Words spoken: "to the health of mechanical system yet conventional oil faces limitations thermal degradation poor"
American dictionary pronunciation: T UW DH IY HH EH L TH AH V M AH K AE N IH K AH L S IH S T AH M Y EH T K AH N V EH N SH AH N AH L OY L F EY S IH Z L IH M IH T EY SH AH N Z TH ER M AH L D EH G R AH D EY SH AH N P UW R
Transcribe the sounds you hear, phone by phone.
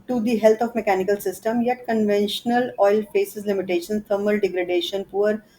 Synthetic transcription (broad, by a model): T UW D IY HH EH L T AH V M AH K AE N IH K AH L S IH S T AH M Y EH T K AH N V EH N SH AH N AH L OY L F EY S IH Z L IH M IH T EY SH AH N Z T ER M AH L D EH G R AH D EY SH AH N P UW R